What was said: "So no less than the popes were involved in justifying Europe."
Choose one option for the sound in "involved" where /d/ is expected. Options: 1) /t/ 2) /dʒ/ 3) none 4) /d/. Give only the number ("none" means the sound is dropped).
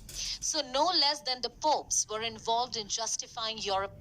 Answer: 4